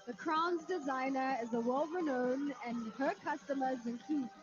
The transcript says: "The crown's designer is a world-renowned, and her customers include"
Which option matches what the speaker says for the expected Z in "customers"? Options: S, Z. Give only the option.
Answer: Z